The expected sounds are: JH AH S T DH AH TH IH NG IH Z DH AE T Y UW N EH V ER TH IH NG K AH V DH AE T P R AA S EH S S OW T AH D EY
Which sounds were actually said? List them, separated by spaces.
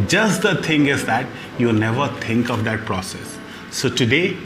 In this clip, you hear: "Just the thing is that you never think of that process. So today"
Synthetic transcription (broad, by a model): JH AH S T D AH T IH NG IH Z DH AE T Y UW N EH V ER T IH NG K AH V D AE T P R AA S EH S S OW T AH D EY